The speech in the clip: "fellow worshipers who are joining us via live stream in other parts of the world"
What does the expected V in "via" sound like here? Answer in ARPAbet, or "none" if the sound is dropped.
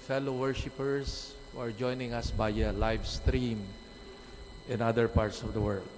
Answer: B